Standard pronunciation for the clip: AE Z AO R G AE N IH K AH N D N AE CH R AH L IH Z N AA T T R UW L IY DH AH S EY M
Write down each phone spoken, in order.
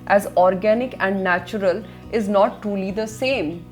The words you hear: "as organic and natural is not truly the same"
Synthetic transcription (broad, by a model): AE Z AO R G AE N IH K AH N D N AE CH R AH L IH Z N AA T T R UW L IY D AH S EY M